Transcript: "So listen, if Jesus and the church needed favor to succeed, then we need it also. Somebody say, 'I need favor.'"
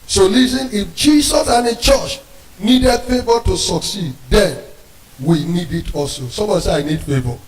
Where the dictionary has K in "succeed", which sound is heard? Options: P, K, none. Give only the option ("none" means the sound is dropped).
K